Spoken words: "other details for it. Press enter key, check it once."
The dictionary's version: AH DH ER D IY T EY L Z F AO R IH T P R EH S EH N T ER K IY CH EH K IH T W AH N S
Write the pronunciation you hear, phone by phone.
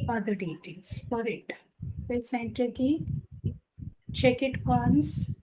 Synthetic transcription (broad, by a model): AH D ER D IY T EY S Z F AO R IH T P EH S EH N T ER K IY CH EH K IH T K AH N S